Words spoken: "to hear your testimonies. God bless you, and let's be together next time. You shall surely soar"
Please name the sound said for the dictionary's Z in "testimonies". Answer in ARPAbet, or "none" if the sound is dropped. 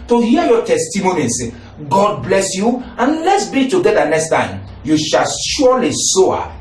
S